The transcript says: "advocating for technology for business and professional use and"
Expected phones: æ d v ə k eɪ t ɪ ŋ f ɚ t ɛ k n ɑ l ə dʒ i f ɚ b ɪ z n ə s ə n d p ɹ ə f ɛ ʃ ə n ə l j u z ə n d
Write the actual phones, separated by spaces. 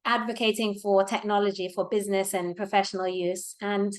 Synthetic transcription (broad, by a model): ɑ d v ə k eɪ t ɪ ŋ f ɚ t ɛ k n ɑ l ə dʒ i f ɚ b ɪ z n ə s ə n p ɹ ə f ɛ ʃ ə n ə l j u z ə n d